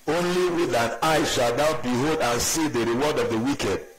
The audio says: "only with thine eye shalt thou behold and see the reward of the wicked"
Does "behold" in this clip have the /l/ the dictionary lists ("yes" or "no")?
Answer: yes